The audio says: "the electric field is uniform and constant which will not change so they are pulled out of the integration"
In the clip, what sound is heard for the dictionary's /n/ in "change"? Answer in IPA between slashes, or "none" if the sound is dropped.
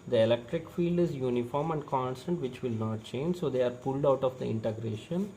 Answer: /n/